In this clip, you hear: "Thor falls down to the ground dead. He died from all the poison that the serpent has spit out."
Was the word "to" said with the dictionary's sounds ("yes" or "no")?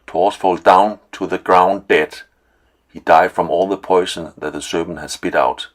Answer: yes